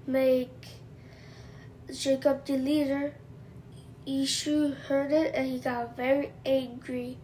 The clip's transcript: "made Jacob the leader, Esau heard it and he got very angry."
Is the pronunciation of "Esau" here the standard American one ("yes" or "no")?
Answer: no